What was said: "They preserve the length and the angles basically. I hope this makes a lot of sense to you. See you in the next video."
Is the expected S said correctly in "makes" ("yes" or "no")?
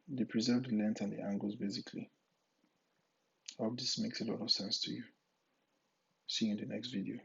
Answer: yes